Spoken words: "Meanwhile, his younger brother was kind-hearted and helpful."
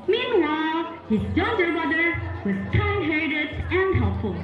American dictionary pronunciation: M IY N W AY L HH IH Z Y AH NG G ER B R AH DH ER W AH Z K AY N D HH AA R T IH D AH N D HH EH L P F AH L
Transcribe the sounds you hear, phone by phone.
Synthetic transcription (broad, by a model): M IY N W AY L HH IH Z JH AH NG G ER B AH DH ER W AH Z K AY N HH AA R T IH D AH N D HH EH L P F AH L